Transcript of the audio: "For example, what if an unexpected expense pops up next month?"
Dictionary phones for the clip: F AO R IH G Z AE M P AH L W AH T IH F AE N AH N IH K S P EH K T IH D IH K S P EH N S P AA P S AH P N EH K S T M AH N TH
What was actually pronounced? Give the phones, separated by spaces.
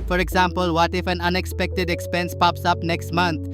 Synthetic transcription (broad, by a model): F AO R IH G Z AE M P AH L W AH T IH F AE N AH N IH K S P EH K T IH D IH K S P EH N S P AA P S AH P N EH K S T M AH N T